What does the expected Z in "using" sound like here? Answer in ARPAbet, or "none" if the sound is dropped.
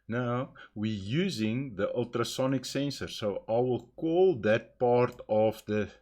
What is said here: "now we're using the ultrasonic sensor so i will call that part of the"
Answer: Z